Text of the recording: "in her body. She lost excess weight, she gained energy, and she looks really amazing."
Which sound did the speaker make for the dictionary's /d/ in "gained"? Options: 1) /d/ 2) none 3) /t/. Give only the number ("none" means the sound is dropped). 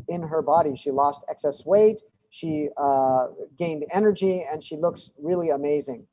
1